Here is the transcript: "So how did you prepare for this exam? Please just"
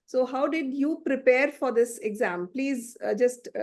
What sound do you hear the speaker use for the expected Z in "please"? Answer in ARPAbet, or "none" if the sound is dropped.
Z